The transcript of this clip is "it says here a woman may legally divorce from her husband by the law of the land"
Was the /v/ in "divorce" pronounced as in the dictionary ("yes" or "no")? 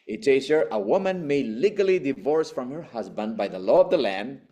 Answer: yes